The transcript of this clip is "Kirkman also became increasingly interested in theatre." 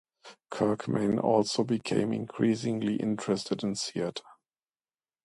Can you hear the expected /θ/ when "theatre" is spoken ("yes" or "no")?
no